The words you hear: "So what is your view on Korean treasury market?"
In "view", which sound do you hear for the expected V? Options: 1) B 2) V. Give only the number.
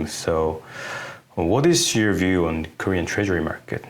2